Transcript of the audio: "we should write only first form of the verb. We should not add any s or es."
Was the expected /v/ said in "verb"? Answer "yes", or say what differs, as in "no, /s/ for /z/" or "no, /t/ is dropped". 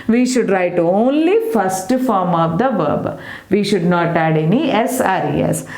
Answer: yes